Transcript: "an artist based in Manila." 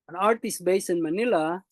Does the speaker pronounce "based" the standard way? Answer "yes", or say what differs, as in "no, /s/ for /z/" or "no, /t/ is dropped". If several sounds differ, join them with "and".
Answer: no, /t/ is dropped